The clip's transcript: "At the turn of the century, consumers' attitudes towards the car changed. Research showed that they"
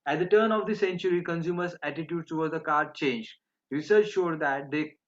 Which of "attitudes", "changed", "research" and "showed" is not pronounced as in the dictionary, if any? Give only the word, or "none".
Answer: attitudes